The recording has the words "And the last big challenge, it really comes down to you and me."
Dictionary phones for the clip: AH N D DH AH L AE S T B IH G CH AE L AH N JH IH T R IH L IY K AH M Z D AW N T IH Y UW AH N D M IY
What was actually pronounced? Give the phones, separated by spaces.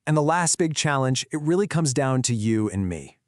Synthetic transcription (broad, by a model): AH N DH AH L AE S T B IH G CH AE L AH N JH IH T R IH L IY K AH M Z D AW N T IH Y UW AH N M IY